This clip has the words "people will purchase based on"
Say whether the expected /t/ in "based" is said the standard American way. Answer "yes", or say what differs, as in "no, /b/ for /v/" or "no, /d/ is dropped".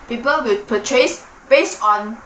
no, /t/ is dropped